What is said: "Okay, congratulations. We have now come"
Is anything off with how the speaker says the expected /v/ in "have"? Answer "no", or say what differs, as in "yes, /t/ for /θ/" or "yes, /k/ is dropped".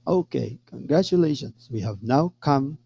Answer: no